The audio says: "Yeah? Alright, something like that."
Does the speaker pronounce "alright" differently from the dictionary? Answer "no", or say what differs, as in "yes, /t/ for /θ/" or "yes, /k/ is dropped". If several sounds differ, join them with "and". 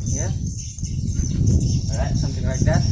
yes, /l/ is dropped